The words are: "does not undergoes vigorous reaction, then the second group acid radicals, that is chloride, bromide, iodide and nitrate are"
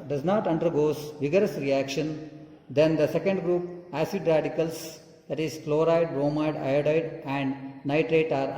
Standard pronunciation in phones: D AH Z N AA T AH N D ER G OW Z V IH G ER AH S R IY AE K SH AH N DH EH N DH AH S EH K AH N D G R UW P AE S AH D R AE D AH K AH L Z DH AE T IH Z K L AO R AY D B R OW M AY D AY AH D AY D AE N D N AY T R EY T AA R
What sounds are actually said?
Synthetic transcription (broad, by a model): D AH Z N AA T AH N D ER G OW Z V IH G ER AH S R IY AE K SH AH N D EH N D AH S EH K AH N D G R UW P AE S AH D R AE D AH K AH L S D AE T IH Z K L AO R AY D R OW M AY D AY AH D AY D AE N D N AY T R EY T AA R